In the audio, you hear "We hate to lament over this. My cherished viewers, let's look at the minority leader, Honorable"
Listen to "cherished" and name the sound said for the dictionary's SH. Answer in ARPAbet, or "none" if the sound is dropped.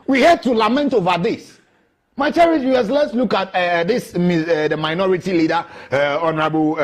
none